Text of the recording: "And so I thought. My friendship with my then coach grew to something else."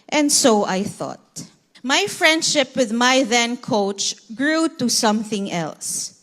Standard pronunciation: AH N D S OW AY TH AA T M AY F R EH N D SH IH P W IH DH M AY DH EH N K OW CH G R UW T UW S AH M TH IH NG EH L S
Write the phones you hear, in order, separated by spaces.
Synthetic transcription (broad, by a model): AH N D S OW AY TH AA T M AY F R EH N D SH IH P W IH DH M AY DH EH N K OW CH G R UW T UW S AH M TH IH NG EH L S